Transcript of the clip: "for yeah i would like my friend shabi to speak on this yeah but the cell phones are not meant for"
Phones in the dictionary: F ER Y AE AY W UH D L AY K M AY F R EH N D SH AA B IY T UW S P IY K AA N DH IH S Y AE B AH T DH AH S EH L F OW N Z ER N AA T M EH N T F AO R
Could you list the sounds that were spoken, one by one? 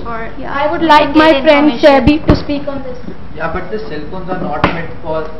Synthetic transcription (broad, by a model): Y AY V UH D L AY K M AY F R EH N D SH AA B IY T UW S P IY K AA N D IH S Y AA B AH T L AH S EH L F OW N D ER N AA T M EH T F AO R